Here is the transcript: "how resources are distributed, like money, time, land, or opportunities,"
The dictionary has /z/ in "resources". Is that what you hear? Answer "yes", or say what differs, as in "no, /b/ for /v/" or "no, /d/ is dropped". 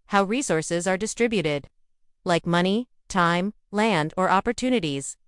yes